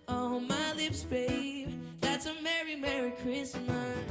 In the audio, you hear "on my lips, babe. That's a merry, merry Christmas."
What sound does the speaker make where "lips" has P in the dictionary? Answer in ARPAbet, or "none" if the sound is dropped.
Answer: P